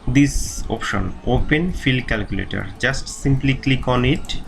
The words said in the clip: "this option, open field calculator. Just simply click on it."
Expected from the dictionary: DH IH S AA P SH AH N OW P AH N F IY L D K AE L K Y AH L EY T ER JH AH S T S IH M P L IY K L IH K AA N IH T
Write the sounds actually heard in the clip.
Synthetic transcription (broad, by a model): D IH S AA P SH AH N OW P AH N F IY L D K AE L K Y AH L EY T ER JH AH S T S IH M P L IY K L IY K AA N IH T